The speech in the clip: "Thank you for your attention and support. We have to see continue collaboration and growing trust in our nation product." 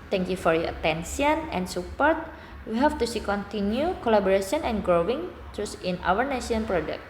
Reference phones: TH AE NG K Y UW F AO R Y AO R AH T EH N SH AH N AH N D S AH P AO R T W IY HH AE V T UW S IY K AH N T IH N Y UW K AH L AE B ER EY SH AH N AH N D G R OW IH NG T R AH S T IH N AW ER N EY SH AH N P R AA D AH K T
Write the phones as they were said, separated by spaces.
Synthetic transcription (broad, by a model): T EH NG K Y UW F AO R Y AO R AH T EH N S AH N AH N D S AH P AO R T W IY HH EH F T UW S IY K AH N T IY N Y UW K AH L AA B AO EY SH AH N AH N G R OW IH NG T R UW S IH N AW ER N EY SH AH N P R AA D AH K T